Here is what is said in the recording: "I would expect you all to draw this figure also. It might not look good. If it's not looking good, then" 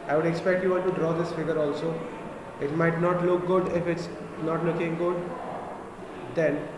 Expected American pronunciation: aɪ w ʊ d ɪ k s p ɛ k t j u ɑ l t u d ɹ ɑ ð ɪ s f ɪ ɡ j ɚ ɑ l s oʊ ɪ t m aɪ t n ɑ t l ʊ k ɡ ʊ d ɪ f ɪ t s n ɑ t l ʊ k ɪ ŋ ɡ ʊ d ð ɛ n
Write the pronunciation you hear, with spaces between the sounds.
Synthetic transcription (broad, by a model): aɪ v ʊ d ɪ k s p ɛ k t j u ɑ n t u d ɹ ɑ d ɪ s f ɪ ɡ ɚ ɑ l s oʊ ɪ t m aɪ t n ɑ t l ʊ k ɡ ʊ d ɪ f ɪ t s n ɑ t l ʊ k ɪ ŋ ɡ ʊ d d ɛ n